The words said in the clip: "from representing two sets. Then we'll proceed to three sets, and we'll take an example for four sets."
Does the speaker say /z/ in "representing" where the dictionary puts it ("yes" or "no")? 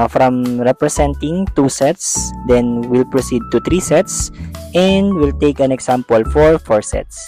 no